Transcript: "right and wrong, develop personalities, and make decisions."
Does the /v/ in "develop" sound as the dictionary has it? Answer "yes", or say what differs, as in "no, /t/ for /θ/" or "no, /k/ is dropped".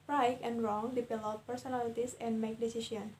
no, /p/ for /v/